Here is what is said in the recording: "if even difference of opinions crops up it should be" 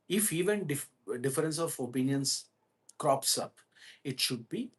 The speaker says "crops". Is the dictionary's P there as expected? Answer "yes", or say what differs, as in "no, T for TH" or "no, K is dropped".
yes